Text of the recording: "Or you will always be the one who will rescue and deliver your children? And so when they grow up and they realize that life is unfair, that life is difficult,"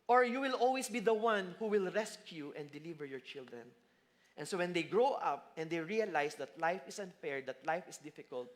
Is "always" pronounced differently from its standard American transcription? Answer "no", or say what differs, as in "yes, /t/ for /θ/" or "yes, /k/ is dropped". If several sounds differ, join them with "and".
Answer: yes, /s/ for /z/